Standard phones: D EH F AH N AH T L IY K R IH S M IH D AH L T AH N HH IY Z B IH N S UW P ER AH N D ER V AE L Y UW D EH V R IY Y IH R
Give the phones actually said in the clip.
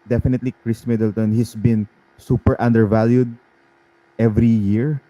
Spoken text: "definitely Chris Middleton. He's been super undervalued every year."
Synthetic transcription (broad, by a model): D EH F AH N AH T L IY K R IH S M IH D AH L T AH N HH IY S B IH N S UW P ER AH N D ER V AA L Y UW D EH V R IY Y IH R